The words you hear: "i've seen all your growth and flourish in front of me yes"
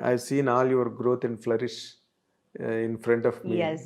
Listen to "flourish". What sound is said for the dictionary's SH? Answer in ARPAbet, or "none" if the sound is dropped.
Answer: SH